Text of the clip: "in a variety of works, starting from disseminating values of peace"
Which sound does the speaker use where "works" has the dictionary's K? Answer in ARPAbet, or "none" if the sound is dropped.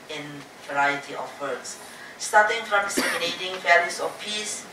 none